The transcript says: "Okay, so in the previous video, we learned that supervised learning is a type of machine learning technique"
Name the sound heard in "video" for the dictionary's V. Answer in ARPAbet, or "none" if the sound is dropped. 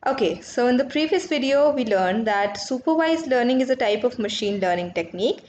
V